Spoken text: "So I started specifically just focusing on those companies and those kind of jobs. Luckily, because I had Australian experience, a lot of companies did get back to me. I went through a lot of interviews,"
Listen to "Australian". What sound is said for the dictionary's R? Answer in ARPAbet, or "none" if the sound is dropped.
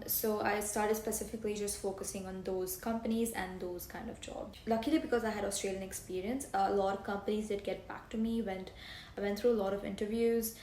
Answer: R